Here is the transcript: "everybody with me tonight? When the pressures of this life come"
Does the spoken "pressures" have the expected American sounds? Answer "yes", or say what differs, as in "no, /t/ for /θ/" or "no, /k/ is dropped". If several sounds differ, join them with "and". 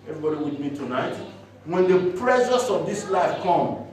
no, /s/ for /z/